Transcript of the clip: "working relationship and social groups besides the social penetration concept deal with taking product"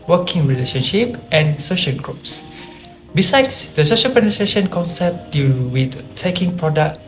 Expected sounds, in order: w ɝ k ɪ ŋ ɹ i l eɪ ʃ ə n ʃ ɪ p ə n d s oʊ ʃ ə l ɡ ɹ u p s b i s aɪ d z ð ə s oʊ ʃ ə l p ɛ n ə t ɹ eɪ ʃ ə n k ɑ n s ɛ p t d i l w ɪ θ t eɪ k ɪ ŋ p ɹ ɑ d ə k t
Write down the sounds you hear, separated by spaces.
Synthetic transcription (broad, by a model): w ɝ k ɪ ŋ ɹ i l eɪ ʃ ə n ʃ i p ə n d s oʊ ʃ ə l ɡ ɹ u p s b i s aɪ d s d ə s oʊ ʃ ə l p ɛ n ə t ɹ eɪ ʃ ə n k ɑ n s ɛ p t d i l w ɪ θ t eɪ k ɪ ŋ p ɹ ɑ d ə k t